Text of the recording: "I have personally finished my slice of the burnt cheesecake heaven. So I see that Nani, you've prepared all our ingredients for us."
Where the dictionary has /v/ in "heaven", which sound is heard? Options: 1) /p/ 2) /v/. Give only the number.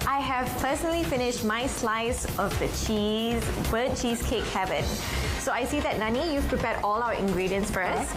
2